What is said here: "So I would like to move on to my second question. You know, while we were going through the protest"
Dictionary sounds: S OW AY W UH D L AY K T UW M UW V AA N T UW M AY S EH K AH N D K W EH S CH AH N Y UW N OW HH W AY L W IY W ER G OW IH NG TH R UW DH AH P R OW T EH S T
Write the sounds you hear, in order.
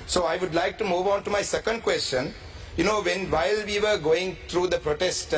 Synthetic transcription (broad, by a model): S OW AY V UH D L AY K T UW M UW V AA N T UW M AY S EH K AH N D K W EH S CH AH N Y UW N OW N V AY L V IY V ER G OW IH NG T R UW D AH P R OW T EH S T